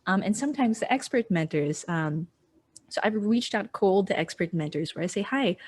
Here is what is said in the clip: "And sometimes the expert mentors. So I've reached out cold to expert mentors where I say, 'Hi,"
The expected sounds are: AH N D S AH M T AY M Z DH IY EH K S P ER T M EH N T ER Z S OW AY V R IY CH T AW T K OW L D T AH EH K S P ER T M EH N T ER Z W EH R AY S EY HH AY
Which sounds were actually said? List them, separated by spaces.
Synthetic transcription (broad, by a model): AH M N S AH M T AY M Z DH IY EH K S P ER T M EH N T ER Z S OW AY V R IY CH T AW T K OW L D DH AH EH K S P ER T M EH N T ER Z W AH R AY S EY HH AY